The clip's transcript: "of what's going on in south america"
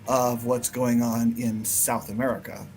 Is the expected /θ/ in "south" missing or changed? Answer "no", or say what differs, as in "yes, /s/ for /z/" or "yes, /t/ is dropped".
no